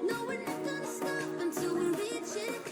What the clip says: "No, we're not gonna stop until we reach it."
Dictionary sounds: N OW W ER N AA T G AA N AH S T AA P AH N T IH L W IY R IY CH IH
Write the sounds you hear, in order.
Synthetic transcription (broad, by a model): N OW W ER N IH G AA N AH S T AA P AH N T IH L W IY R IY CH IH